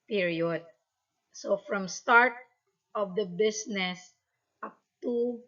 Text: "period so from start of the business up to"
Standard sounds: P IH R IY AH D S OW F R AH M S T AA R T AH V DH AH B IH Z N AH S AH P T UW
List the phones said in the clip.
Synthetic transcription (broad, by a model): P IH R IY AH D S OW F R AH M S T AA R T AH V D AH B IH S N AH S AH P T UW